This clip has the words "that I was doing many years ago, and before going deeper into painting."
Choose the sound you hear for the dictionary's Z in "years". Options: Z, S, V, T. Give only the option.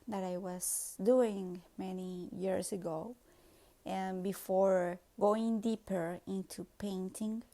S